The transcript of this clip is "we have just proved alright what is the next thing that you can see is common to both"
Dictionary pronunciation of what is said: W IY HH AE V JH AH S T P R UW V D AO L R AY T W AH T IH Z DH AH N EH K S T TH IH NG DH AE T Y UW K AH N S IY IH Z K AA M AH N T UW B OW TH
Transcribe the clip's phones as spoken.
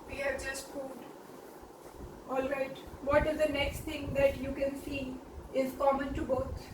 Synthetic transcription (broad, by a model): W IY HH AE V JH AH S T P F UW D AO L R AY T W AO T IH Z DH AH N EH K S T T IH NG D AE T Y UW K AH N S IY IH Z K AA M AH N T UW B OW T